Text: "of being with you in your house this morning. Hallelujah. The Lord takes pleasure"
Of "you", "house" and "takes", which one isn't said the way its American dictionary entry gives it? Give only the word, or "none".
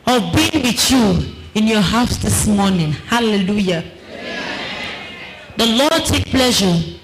takes